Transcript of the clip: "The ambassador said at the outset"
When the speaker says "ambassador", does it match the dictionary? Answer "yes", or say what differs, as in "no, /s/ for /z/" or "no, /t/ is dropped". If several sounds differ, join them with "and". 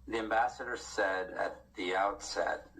yes